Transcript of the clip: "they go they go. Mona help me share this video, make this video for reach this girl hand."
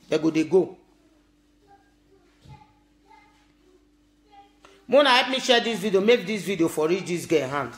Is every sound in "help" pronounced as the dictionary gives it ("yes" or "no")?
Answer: no